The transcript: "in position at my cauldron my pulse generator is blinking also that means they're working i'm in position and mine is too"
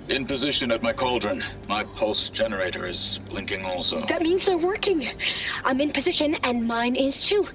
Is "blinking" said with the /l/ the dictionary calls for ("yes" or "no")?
yes